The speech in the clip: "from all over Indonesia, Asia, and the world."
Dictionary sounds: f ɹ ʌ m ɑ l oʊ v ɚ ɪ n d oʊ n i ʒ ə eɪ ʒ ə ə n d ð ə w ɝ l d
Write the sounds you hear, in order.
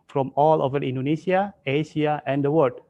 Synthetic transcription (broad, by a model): f ɹ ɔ m ɑ l oʊ v ɚ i n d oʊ n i s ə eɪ ʃ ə ə n d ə w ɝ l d